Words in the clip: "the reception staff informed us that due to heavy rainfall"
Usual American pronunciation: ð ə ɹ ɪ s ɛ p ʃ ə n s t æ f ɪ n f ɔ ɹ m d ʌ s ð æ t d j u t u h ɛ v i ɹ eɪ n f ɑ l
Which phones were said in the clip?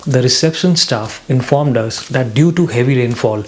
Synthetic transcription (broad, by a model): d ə ɹ ɪ s ɛ p ʃ ə n s t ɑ f ɪ n f ɔ ɹ m d ʌ s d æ t d j u t u h ɛ v i ɹ eɪ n f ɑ l